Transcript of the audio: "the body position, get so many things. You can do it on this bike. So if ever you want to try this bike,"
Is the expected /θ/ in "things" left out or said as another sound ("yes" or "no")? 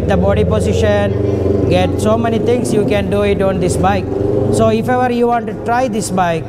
yes